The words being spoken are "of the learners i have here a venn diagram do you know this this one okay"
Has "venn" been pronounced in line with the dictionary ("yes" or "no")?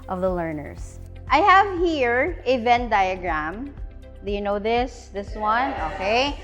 yes